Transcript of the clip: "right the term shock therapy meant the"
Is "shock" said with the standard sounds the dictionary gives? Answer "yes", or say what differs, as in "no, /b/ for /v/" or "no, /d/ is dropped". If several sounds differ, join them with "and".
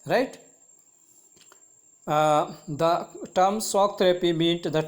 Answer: no, /s/ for /ʃ/